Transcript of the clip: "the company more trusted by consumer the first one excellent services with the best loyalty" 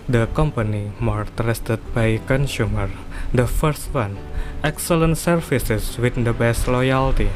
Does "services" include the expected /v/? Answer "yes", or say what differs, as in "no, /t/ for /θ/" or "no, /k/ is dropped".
no, /f/ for /v/